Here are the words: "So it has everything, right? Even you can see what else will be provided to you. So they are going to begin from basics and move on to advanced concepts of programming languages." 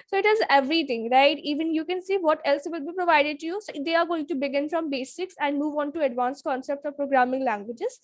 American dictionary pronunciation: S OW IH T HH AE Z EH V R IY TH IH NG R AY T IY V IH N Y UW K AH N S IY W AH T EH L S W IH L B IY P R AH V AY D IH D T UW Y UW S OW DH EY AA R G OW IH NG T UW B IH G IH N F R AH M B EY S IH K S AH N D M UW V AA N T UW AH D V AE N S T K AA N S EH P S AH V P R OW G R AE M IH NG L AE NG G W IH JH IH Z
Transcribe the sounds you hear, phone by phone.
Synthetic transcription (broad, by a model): S OW IH T HH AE Z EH V R IY T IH NG R AY T IY V IH N Y UW K AH N S IY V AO T EH L S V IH L B IY P R AH V AY D IH D T UW Y UW S OW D EY AA R G OW IH NG T UW B IH G IH N F R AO M B EY S IH K S AH N D M UW V AA N T UW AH D V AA N S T K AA N S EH P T AH V P R OW G R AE M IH NG L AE NG G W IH JH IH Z